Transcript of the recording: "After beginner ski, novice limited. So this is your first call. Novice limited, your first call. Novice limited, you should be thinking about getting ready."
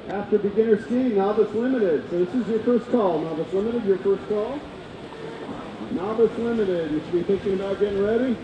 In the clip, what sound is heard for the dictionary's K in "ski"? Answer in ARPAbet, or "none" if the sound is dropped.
none